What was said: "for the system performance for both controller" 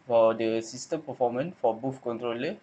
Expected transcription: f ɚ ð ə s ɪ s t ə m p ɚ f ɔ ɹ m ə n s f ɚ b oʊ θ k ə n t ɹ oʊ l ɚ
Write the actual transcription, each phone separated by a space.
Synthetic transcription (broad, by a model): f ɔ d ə s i s t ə m p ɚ f ɔ m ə n f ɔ b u f k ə n t ɹ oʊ l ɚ